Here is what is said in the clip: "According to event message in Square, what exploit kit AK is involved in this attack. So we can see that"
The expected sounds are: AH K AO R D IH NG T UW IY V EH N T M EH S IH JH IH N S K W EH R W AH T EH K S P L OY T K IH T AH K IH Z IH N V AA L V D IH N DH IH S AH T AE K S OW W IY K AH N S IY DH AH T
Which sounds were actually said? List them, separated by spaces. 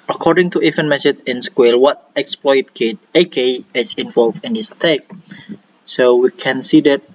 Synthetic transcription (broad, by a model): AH K AO R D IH NG T UW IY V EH N M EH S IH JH IH N S K W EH L W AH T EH K S P L OY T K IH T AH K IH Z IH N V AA L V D IH N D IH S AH T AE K S OW W IY K AH N S IY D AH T